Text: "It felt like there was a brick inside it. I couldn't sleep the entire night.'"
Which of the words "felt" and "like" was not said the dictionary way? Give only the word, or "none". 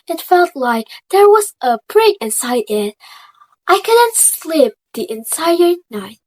none